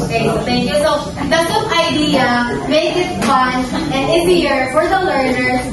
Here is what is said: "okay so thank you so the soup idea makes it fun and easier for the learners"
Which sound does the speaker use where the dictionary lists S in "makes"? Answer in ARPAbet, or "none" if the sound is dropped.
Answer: none